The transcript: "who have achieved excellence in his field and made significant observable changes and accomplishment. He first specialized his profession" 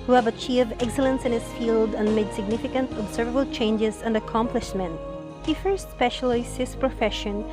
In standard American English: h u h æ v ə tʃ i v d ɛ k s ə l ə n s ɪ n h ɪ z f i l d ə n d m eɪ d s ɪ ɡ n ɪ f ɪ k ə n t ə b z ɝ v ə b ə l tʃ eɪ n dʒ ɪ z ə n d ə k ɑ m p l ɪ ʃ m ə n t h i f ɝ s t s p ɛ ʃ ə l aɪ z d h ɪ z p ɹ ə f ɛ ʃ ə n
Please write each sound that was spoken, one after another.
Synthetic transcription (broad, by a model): h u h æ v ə tʃ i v ɛ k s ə l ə n s ɪ n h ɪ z f i l d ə n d m eɪ d s ɪ ɡ n ɪ f ɪ k ə n t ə b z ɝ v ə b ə l tʃ eɪ n dʒ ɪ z ə n d ə k ɑ m p l ɪ ʃ m ə n t h i f ɝ s t s p ɛ ʃ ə l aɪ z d h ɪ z p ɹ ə f ɛ ʃ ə n